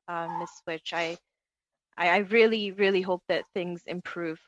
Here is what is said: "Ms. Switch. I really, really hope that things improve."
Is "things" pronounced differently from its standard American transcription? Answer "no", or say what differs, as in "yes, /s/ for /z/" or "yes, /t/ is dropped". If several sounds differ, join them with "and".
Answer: no